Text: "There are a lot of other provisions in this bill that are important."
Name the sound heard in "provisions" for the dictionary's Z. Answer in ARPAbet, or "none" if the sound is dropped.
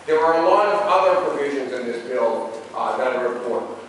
Z